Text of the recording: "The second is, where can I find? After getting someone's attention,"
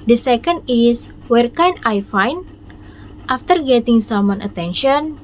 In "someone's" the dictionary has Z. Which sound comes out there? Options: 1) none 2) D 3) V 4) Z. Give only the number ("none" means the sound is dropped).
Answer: 1